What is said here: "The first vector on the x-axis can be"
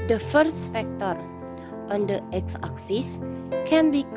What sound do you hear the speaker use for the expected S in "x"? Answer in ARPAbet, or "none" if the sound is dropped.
S